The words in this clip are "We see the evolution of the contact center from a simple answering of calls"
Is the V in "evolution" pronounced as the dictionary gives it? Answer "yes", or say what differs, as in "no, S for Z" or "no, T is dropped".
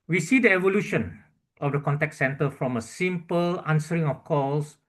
yes